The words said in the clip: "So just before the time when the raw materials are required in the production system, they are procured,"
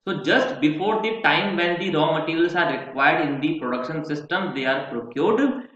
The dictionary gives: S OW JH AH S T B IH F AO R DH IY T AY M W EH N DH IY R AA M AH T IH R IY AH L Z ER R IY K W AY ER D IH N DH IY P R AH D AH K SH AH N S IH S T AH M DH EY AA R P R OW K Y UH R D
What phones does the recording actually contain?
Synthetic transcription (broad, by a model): S OW JH AH S T B IH F AO R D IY T AY M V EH N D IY R AA M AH T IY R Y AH L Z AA R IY K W AY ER D IH N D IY P R AH D AH K SH AH N S IH S T AH M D EY AA R P R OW K Y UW R D